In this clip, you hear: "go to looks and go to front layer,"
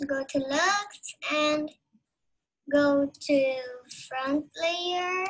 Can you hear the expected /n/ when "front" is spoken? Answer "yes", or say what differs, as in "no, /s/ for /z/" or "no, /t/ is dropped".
yes